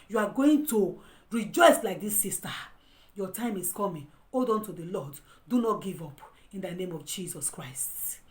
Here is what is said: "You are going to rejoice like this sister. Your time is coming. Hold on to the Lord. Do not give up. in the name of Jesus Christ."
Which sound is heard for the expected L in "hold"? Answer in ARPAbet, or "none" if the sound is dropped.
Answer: none